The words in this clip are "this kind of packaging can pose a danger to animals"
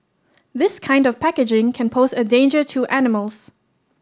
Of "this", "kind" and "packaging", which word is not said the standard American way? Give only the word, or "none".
none